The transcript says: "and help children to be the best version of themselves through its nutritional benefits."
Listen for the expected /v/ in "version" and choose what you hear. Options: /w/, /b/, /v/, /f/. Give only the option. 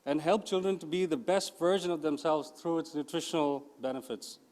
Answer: /v/